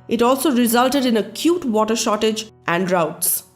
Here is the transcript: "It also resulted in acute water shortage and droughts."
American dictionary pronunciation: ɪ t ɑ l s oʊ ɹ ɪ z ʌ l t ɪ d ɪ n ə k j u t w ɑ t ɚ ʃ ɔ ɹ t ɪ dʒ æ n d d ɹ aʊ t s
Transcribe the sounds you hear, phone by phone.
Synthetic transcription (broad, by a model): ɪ t ɑ l s oʊ ɹ ɪ z ʌ l t ɪ d ɪ n ə k j u t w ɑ t ɚ ʃ ɔ t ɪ dʒ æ n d d ɹ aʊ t s